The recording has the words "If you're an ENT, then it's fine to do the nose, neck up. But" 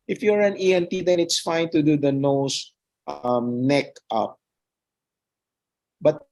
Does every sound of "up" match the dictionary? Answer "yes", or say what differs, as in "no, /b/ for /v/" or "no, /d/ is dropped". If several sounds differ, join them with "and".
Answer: yes